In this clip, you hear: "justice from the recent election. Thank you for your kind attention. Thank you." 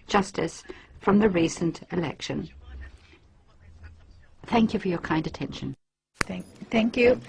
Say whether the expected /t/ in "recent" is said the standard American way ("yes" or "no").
yes